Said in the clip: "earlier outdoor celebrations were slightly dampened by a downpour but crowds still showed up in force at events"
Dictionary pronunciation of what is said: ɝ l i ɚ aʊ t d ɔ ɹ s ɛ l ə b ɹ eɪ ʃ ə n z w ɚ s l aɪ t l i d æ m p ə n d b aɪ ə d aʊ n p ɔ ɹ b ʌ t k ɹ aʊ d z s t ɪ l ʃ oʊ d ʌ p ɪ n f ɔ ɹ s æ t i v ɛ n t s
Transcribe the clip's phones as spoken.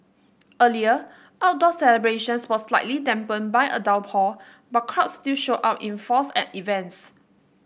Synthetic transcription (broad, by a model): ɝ l i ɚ aʊ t d ɔ s ɛ l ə b ɹ eɪ ʃ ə n s w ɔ s l aɪ t l i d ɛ m p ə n b aɪ ə d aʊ l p ɔ b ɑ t k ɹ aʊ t s t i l ʃ oʊ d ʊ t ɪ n f ɔ s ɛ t i v ɛ n t s